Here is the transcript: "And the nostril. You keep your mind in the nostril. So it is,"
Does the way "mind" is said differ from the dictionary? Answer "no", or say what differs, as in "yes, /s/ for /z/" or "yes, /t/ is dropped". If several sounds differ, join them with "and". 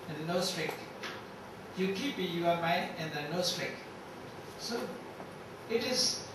yes, /d/ is dropped